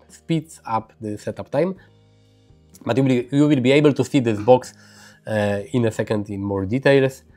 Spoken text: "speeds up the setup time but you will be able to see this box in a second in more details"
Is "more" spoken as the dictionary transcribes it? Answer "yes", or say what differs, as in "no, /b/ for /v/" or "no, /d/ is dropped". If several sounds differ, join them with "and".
yes